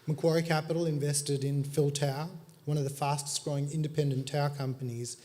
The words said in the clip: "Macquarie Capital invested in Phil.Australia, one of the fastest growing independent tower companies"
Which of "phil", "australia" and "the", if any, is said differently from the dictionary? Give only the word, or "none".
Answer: australia